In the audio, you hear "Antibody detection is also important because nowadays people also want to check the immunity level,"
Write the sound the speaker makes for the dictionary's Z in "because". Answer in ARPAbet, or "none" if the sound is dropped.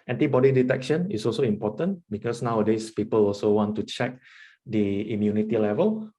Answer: S